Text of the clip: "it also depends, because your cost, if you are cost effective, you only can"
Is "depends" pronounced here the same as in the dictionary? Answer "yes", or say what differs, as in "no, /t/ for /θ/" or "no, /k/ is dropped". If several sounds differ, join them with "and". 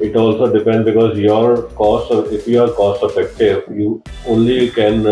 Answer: no, /z/ is dropped